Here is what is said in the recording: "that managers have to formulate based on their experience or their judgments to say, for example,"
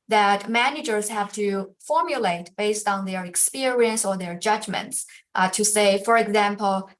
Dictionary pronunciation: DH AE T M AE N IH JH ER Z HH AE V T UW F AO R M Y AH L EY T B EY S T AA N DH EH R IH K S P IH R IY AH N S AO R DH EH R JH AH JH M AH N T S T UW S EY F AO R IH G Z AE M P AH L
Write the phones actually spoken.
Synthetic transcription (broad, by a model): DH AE T M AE N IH JH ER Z HH AE V T UW F AO R M Y AH L EY T B EY S T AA N DH EH R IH K S P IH R IY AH N S AO R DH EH R JH AH JH M AH N T S T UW S EY F AO R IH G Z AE M P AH L